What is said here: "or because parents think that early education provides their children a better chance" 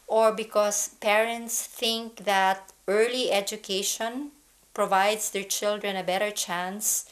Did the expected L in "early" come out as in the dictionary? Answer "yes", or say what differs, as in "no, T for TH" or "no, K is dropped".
yes